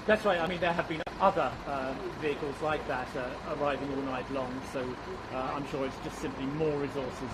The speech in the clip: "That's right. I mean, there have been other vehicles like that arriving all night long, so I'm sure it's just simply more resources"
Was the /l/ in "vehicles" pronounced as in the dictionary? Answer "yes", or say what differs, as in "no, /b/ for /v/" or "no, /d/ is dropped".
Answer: yes